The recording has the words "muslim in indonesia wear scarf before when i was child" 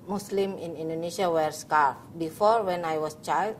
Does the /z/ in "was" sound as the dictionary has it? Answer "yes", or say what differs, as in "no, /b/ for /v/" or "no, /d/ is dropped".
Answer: no, /s/ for /z/